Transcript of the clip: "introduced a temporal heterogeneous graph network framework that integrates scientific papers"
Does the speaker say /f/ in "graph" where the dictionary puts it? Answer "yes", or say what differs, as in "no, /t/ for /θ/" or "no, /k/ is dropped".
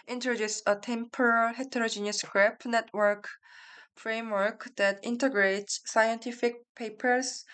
no, /p/ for /f/